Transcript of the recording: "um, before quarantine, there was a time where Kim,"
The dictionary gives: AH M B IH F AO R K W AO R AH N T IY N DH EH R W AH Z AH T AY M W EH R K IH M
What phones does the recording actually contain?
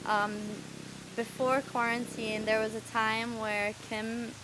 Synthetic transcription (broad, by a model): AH M B IH F AO R K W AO R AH N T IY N DH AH R W AH Z AH T AY M W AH R K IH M